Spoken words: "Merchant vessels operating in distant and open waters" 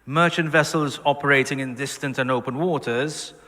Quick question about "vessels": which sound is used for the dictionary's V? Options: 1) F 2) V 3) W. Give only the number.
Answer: 2